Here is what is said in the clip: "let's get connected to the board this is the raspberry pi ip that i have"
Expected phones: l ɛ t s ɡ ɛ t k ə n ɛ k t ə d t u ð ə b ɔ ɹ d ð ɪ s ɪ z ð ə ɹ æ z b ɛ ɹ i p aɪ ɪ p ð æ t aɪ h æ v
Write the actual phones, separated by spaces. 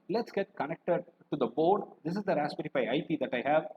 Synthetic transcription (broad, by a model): l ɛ t s ɡ ɛ t k ə n ɛ k t ə d t u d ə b ɔ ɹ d ɪ s ɪ z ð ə ɹ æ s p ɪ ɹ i f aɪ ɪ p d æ t aɪ h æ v